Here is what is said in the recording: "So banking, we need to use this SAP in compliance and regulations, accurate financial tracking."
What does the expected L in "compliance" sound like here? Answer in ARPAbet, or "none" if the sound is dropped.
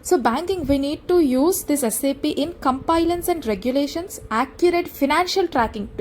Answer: none